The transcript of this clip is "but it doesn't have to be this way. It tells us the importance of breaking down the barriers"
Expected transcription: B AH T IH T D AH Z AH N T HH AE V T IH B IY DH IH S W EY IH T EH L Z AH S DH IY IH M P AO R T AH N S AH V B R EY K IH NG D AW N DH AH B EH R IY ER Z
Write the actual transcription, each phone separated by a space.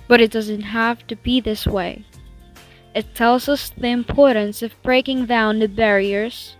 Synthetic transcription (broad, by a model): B AH T IH T D AH Z AH N T HH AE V T IH B IY DH IH S W EY IH T EH L Z AH S DH IY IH M P AO R T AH N S AH V B R EY K IH NG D AW N DH AH B EH R IY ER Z